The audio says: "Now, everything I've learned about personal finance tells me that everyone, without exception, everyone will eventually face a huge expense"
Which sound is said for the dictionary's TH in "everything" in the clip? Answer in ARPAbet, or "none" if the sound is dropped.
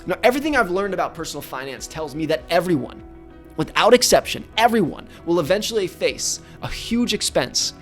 TH